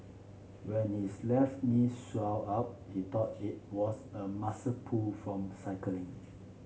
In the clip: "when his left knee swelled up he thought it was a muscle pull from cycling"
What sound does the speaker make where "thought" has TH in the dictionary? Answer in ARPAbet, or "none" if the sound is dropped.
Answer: T